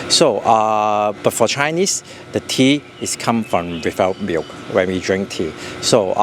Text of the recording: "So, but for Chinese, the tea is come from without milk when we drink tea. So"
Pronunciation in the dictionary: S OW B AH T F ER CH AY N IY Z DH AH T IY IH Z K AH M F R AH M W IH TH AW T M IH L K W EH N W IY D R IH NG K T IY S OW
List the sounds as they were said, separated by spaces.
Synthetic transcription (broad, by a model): S OW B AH T F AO CH AY N IY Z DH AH T IY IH S K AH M F R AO M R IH F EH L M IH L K W EH N W IY D R IH NG K T IY S OW